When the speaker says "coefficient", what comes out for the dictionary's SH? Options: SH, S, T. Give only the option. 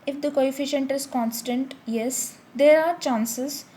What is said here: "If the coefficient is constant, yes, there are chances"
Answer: SH